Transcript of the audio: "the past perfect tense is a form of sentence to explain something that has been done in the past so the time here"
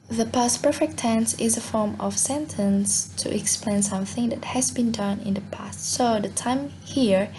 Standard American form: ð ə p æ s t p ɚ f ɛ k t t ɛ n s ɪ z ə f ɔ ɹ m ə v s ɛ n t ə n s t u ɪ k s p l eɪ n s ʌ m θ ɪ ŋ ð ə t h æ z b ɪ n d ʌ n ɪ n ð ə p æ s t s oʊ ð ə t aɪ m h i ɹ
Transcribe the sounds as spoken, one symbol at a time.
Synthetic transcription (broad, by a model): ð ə p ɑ s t p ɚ f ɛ k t t ɛ n s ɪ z ə f ɔ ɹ m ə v s ɛ n t ə n s t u ɪ k s p l eɪ n s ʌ m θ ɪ ŋ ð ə t h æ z b ɪ n d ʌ n ɪ n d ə p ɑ s t s oʊ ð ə t aɪ m h i ɹ